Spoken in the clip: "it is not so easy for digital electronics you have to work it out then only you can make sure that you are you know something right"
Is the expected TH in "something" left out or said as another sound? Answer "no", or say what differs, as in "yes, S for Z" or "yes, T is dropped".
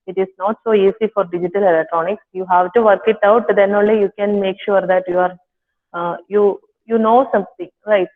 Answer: yes, T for TH